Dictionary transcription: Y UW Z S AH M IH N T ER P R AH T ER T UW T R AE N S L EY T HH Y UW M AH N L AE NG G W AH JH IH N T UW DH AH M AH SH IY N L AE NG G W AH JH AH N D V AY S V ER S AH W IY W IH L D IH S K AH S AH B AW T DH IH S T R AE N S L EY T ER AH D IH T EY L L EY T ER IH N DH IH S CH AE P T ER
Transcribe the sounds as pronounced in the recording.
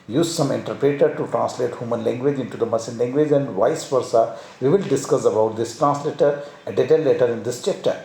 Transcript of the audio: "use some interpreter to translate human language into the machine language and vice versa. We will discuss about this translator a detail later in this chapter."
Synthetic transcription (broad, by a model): Y UW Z S AH M IH N T ER P R AH T ER T UW T R AE N S L EY T HH Y UW M AH N L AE NG G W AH JH IH N T UW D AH M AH S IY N L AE NG G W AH JH AH N D V AY S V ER S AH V IY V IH L D IH S K AH S AH B AW T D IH S T R AE N S L EY T ER AH D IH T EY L L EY T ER IH N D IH S CH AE P T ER